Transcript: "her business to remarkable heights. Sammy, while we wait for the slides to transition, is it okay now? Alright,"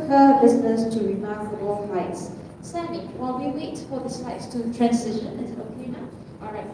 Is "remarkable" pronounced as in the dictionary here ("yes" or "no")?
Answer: no